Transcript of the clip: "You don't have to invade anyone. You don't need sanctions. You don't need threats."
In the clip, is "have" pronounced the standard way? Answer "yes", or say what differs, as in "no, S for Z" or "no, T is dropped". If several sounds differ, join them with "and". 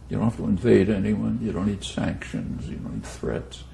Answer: no, F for V